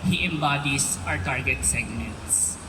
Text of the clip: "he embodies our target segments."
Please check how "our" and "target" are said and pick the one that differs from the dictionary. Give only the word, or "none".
none